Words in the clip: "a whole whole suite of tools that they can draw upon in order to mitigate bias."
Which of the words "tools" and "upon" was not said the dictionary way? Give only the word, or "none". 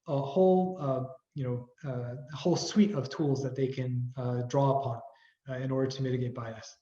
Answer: none